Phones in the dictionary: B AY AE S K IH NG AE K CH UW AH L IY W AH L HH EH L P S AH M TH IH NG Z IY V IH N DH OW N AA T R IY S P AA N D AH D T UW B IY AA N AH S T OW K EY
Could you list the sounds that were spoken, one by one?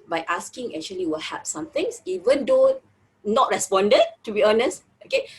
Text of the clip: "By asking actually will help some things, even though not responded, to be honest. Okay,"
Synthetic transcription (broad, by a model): B AY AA S K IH NG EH K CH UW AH L IY W AH L HH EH P S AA M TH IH NG S IY V IH N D OW N AA T R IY S P AA N D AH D T UW B IY AA N AH S T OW K EY